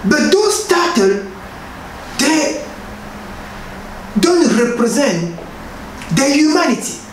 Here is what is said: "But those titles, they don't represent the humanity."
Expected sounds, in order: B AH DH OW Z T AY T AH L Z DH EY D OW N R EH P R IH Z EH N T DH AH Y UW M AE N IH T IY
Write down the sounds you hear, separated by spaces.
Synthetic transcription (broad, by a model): B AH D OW S T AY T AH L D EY D OW N R EH P R IH Z EH N T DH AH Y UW M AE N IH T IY